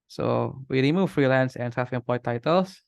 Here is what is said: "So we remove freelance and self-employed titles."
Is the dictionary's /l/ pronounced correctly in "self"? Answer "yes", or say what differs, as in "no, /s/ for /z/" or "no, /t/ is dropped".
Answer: no, /l/ is dropped